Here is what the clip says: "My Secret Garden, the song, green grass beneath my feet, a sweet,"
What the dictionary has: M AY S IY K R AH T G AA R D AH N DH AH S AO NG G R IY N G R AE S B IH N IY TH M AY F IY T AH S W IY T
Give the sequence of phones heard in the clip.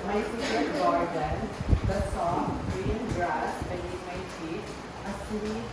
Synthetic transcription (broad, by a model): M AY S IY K AH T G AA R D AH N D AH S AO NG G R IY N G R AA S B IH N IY M AY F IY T AH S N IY